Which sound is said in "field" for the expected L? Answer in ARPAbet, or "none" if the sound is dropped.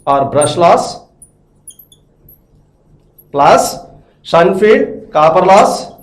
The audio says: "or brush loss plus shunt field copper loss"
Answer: none